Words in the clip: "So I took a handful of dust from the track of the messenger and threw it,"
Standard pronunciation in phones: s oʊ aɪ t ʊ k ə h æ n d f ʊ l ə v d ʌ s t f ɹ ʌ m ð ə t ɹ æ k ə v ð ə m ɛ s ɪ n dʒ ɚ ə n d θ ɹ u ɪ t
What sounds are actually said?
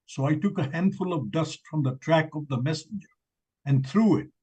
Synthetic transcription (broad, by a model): s oʊ aɪ t ʊ k ə h æ n d f ʊ l ə v d ʌ s t f ɹ ʌ m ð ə t ɹ æ k ə v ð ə m ɛ s ɪ n dʒ ɚ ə n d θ ɹ u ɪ t